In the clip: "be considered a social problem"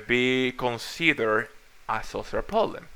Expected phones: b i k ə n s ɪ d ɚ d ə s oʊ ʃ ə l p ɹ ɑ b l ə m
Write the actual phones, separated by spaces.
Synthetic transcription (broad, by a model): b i k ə n s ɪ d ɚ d ə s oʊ s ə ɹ p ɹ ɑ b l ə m